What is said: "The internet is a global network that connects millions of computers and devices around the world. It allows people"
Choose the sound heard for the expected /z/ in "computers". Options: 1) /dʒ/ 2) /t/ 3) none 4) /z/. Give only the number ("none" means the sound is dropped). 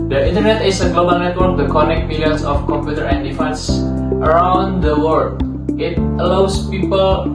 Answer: 3